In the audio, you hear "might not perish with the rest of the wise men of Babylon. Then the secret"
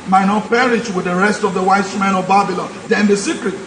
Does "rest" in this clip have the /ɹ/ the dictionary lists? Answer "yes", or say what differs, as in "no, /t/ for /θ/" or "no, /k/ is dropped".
yes